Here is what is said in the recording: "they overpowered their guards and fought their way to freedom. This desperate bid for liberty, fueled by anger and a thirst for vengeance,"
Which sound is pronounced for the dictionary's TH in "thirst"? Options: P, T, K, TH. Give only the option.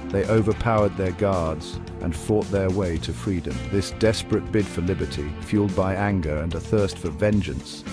TH